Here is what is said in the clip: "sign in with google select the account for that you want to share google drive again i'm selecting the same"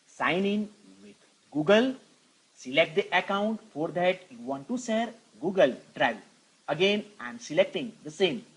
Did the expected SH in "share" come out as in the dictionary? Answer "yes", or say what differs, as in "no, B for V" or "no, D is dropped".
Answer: no, S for SH